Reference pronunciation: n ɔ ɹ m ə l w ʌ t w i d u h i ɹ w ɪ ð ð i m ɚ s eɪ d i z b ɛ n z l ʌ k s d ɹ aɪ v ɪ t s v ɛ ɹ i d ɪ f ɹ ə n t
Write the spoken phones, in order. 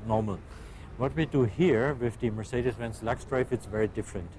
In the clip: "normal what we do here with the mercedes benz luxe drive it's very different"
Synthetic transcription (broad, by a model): n ɔ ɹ m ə l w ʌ t w i d u h i ɹ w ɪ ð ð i m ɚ s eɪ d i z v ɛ n s l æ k s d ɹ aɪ f ɪ t s v ɛ ɹ i d ɪ f ɹ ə n t